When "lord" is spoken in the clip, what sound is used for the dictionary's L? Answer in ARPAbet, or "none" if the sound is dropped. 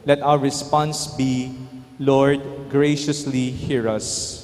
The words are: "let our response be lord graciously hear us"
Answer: L